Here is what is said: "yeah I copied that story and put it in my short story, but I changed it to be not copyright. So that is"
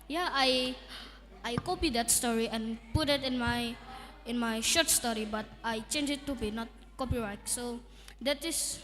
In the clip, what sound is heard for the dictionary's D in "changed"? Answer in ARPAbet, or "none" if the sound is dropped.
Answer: none